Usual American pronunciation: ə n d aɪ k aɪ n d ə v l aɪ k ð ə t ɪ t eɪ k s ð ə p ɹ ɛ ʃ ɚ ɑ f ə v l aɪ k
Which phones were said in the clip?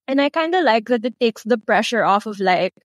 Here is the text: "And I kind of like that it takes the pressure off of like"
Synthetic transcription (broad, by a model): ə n aɪ k aɪ n d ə l aɪ k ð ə t ɪ t eɪ k s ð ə p ɹ ɛ ʃ ɚ ɑ f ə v l aɪ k